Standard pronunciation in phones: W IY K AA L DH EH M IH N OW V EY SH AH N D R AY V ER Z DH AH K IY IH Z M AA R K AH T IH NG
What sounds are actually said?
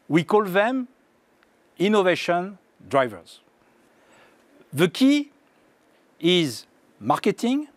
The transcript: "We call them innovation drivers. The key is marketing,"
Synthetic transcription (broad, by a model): W IY K AA L DH EH M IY N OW V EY SH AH N D R AY V ER Z DH AH K IY IH Z M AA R K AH T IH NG